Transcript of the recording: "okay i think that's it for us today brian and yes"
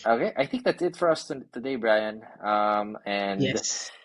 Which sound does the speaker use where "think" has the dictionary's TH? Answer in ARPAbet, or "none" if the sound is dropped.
TH